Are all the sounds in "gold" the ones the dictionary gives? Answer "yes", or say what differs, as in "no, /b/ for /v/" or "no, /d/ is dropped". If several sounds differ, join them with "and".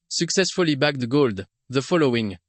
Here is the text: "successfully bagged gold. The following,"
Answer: yes